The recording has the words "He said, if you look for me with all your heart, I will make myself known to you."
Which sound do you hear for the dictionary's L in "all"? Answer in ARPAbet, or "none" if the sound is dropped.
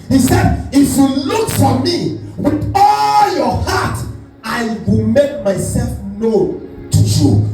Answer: L